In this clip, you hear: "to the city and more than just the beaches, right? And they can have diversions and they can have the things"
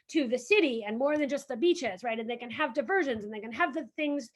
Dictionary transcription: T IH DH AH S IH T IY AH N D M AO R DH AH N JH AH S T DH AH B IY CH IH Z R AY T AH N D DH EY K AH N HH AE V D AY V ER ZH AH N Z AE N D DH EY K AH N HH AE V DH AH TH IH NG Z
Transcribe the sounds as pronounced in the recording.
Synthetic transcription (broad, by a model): T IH DH AH S IH T IY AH N M AO R DH AH N JH AH S T DH AH B IY CH IH Z R AY T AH N DH EY K AH N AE V D AY V ER ZH AH N Z N DH EY K AH N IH V DH AH TH IH NG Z